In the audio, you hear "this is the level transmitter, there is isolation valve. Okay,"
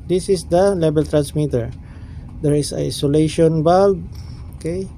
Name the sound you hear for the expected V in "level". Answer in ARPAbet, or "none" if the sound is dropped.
B